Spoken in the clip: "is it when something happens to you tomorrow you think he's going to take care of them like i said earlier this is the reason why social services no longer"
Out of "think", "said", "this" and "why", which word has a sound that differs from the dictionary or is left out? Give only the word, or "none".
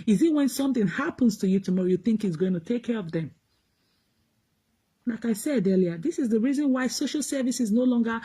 none